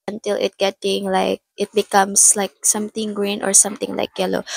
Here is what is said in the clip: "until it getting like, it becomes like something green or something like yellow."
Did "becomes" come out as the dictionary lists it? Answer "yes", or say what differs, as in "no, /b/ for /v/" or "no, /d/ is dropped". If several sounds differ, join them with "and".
no, /s/ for /z/